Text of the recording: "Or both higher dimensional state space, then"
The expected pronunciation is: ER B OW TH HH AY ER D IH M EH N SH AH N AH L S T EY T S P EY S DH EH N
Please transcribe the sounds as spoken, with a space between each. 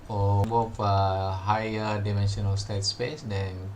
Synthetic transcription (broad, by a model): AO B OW F HH AY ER D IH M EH N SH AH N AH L S T EY T S P EY S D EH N